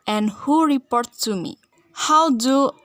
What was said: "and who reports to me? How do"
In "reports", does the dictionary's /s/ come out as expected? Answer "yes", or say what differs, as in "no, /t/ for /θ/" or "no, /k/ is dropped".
no, /s/ is dropped